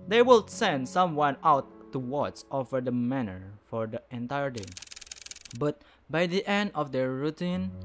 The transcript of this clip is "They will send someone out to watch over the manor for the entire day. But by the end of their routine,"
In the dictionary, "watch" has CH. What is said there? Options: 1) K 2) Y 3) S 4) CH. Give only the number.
3